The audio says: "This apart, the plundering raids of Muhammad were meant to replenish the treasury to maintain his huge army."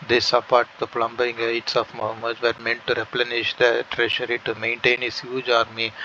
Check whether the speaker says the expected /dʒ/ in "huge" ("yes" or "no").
yes